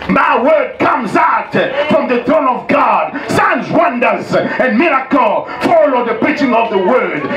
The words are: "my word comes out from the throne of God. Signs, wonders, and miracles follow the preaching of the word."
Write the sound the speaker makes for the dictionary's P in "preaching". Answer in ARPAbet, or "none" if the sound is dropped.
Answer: B